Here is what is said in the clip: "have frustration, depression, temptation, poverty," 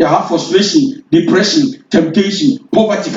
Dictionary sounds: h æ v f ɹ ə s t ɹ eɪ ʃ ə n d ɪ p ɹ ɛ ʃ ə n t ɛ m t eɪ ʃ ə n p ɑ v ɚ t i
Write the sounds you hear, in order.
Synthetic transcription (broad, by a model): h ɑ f ə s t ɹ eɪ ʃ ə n d ɪ p ɹ ɛ ʃ ə n t ɛ m t eɪ ʃ ə n p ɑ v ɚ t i